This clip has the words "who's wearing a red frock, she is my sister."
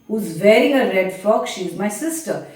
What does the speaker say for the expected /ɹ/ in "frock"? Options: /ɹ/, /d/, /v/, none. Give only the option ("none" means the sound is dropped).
none